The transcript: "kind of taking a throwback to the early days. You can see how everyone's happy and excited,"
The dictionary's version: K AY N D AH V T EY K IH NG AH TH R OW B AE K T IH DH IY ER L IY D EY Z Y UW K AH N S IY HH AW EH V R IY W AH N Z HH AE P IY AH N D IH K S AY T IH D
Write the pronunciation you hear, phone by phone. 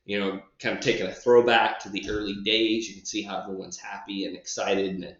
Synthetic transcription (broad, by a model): K AY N D AH V T EY K IH NG AH TH R OW B AE K T IH DH IY ER L IY D EY Z Y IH K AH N S IY HH AW EH V R IY W AH N Z HH AE P IY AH N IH K S AY T IH D